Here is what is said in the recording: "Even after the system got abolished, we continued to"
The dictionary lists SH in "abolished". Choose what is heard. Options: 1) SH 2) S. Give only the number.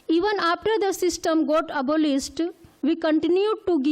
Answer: 2